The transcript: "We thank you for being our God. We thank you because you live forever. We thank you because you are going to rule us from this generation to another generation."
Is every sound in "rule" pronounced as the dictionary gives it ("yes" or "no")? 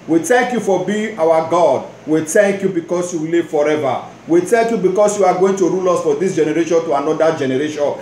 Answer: yes